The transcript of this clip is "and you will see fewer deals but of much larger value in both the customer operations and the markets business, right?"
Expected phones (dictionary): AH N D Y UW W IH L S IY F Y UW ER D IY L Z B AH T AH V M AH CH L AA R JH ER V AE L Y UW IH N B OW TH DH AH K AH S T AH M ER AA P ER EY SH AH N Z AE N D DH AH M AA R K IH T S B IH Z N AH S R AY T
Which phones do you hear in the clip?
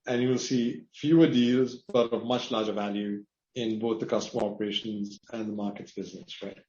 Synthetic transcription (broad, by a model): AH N Y UW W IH L S IY F Y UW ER D IY L Z B AH T AH V M AH CH L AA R JH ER V AE L Y UW IH N B OW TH DH AH K AH S T AH M ER AA P ER EY SH AH N Z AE N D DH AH M AA R K IH T S B IH Z N AH S R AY T